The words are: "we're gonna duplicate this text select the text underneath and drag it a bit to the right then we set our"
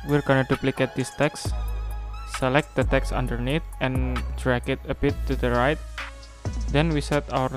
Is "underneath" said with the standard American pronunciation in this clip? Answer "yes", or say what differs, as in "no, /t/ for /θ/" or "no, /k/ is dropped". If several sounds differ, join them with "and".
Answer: no, /t/ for /θ/